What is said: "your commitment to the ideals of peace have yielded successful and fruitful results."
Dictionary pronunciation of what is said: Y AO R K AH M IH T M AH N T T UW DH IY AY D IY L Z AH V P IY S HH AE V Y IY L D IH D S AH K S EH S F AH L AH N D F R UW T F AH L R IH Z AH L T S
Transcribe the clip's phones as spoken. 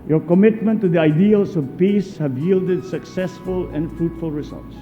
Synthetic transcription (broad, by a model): Y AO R K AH M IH T M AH N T T UW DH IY AY D IY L S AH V P IY S HH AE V Y IY L D IH D S AH K S EH S F AH L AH N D F R UW T F AH L R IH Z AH L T S